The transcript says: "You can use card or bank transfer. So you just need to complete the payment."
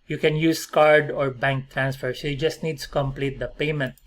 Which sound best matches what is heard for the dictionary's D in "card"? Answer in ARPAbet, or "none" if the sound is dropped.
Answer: D